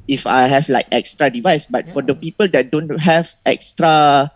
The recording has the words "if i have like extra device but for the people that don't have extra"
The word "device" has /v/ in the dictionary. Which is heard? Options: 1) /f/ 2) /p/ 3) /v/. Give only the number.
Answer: 3